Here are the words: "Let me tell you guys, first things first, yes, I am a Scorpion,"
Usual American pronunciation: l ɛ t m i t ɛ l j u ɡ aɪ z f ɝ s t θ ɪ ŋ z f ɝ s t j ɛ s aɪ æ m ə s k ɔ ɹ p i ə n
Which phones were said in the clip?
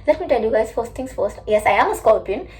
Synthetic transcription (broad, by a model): l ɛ t m i t ɛ l j u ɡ aɪ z f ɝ s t t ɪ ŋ s f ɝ s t j ɛ s aɪ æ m ə s k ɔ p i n